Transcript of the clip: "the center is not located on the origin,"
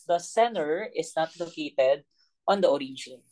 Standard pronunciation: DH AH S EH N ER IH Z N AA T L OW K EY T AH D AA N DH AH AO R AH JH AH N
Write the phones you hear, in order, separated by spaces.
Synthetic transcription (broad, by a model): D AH S EH N ER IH S N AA T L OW K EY T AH D AA N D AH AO R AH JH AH N